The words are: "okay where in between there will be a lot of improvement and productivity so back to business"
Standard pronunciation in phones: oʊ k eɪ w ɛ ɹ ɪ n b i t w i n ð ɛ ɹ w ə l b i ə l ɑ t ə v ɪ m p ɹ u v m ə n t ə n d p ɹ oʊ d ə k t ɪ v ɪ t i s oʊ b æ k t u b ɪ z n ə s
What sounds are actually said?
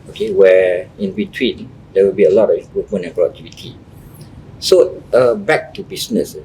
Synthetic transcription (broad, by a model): oʊ k eɪ w ɛ ɪ n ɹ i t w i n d ɛ w ə l b i ə l ɑ t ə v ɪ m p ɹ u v m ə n ə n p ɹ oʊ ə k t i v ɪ t i s oʊ b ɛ k t u b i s n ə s